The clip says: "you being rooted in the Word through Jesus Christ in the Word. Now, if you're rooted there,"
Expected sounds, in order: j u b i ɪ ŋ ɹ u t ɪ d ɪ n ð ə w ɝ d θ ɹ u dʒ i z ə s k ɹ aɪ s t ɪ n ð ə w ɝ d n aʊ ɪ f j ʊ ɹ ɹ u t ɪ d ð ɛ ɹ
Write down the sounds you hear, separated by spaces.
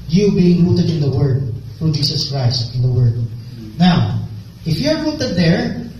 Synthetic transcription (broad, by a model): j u b i ɪ ŋ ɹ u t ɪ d ɪ n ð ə w ɝ d f ɹ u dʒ i s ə s k ɹ aɪ s t ɪ n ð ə w ɝ d n aʊ ɪ f j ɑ ɹ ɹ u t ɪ d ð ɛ ɹ